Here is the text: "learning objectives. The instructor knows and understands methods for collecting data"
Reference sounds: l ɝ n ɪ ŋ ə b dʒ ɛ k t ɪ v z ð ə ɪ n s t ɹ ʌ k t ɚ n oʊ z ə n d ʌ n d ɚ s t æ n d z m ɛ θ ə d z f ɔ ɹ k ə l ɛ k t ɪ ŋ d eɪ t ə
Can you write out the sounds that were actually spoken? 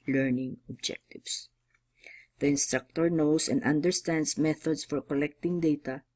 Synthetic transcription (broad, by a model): l ɝ n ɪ ŋ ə b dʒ ɛ k t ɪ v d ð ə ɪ n s t ɹ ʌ k t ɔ n oʊ s ə n d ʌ n d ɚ s t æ n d s m ɛ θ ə d s f ɔ ɹ k ə l ɛ k t ɪ ŋ d eɪ t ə